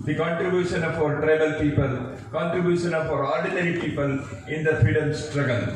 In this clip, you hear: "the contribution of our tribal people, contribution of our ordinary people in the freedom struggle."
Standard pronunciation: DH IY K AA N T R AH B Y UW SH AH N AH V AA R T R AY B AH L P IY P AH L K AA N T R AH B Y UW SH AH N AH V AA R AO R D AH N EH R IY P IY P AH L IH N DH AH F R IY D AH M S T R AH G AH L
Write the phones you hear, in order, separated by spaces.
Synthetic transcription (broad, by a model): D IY K AA N T R AH B Y UW SH AH N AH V AA R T R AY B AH L P IY P AH L K AA N T R AH B Y UW SH AH N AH F AA R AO R D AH N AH R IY P IY P AH L IH N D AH F R IY D AH M S T R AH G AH L